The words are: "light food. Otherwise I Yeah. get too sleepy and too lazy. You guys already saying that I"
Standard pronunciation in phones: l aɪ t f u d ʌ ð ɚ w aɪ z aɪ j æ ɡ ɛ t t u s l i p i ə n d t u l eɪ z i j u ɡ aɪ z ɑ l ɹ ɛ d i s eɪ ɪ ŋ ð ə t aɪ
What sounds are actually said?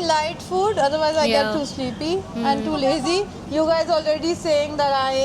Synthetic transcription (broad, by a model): l aɪ t f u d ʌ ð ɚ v aɪ z aɪ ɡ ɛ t t u s l i p i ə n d t u l eɪ z i j u ɡ aɪ z ɑ l ɹ ɛ d i s eɪ ɪ ŋ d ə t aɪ